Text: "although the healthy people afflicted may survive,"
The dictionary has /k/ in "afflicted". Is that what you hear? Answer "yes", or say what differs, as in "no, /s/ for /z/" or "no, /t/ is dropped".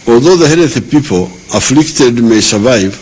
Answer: yes